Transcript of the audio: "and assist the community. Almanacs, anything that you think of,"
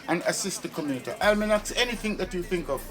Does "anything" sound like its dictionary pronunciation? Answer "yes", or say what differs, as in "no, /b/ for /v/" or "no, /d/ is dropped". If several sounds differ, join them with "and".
yes